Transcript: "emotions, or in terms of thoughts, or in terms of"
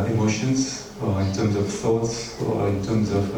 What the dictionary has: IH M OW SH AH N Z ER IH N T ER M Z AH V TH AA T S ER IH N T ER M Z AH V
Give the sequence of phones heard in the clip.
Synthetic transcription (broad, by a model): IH M OW SH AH N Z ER IH N T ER M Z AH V TH AA T S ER IH N T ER M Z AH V